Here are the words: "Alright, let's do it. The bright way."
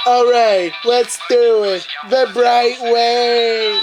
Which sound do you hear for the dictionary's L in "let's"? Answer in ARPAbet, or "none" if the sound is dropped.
L